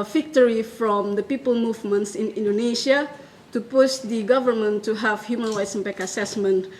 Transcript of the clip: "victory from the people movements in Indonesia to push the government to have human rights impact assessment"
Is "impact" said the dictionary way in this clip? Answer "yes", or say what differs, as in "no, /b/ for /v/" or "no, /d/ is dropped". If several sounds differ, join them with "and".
no, /t/ is dropped